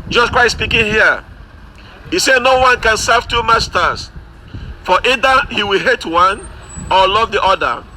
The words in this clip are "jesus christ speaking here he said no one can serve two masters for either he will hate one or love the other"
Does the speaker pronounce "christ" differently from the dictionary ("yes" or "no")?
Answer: yes